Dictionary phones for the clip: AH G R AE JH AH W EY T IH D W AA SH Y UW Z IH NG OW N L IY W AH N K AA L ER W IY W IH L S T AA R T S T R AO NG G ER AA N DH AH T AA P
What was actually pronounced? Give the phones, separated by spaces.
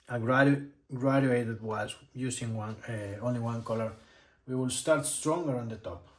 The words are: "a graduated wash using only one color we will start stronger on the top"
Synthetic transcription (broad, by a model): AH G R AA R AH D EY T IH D W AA S Y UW S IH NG OW N L IY W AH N K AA L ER W IY W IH L S T AA R T S T R AO NG G ER AA N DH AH T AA P